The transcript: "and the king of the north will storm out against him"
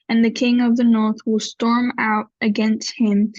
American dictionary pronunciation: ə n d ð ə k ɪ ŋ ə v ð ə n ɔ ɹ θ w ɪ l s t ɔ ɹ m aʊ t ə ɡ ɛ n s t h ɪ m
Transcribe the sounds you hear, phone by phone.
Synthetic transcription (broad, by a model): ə n ð ə k ɪ ŋ ə v ð ə n ɔ ɹ θ w ɪ l s t ɔ ɹ m aʊ t ə ɡ ɛ n s t h ɪ m